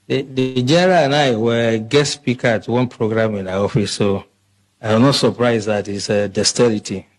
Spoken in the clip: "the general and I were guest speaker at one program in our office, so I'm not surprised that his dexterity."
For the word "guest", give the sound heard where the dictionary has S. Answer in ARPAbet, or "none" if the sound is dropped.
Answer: none